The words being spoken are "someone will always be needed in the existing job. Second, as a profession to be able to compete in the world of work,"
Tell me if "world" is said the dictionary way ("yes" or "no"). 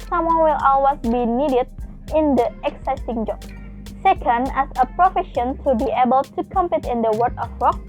no